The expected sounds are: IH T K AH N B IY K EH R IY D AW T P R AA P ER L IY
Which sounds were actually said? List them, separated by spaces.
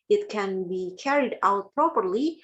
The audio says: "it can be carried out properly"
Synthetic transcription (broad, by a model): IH T K AH N B IY K EH R IY D AW T P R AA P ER L IY